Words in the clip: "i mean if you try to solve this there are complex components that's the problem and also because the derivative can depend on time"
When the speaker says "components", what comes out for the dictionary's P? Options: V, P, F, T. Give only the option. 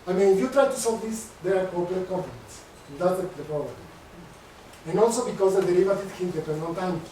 F